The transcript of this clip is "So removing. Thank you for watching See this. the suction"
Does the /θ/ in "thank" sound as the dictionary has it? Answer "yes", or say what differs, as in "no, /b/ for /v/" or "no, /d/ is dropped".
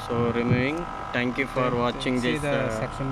no, /t/ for /θ/